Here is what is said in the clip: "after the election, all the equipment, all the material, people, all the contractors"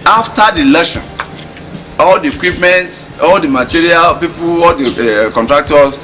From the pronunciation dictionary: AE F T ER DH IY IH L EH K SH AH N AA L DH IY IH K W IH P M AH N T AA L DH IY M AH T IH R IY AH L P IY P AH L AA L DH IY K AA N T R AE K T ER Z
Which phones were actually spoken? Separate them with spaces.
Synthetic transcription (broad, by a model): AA F T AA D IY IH L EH SH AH N AA L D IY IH K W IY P M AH N T AA L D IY M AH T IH R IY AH L P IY P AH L AA L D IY K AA N T R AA K T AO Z